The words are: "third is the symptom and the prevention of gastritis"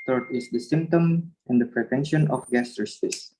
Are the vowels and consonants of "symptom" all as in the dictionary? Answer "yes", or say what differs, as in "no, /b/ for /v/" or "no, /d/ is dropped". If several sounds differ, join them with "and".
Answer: yes